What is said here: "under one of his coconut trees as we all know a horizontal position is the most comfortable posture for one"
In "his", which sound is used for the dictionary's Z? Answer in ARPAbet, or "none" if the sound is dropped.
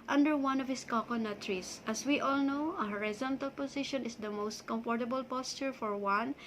S